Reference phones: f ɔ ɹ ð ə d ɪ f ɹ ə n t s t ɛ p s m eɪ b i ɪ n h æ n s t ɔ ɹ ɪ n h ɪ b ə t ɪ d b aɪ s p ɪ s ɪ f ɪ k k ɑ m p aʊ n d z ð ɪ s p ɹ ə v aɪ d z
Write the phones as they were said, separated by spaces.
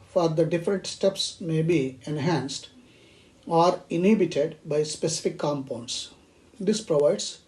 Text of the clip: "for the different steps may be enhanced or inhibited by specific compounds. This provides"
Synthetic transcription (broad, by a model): f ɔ ɹ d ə d ɪ f ɹ ə n t s t ɛ p s m eɪ b i ɪ n h æ n s t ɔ ɹ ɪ n h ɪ b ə t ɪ d b aɪ s p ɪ s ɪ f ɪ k k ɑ m p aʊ n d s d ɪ s p ɹ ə v aɪ d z